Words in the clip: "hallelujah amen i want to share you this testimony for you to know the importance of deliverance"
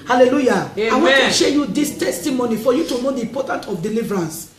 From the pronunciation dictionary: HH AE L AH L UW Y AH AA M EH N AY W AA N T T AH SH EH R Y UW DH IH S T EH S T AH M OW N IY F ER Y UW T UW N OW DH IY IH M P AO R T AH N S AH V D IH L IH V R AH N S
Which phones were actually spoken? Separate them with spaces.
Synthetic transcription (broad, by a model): HH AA L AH L UW Y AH AA IH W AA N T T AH SH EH Y UW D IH S T EH S T AH M OW N IY F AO Y UW T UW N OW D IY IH M P AO T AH N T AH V D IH L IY V R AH N S